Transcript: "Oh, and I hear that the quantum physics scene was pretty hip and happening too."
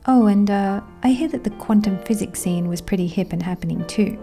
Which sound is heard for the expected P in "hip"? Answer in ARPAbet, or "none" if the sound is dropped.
P